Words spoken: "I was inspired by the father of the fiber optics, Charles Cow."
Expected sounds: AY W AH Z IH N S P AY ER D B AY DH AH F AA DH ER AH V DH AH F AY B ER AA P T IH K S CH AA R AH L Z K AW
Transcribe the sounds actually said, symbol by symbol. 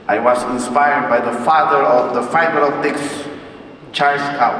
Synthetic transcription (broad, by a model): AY W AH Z IH N S P AY ER D B AY DH AH F AA DH ER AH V DH AH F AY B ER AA T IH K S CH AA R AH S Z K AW